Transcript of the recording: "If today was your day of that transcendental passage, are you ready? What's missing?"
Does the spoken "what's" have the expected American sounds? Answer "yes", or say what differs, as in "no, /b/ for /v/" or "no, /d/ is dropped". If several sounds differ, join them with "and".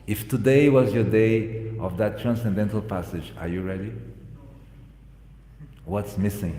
yes